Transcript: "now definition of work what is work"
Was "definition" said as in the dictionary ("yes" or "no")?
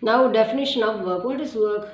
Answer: yes